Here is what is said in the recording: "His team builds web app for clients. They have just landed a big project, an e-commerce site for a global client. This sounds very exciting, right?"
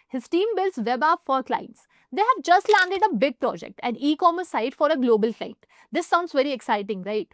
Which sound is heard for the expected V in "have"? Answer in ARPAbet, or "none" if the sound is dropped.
V